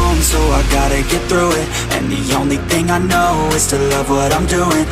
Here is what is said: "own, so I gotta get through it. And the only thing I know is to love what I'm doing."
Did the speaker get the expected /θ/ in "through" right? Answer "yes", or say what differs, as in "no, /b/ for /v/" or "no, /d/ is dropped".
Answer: yes